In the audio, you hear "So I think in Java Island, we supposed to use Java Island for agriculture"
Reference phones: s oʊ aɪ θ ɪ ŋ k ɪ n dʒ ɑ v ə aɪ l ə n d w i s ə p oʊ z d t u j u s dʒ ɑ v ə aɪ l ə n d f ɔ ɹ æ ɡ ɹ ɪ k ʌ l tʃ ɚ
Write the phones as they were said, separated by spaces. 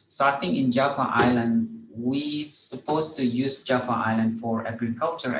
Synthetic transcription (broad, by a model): s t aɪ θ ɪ ŋ ɪ n dʒ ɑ f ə aɪ l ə n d w i s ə p oʊ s t u j u s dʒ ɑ f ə aɪ l ə n d f ɔ ɹ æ ɡ ɹ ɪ k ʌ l tʃ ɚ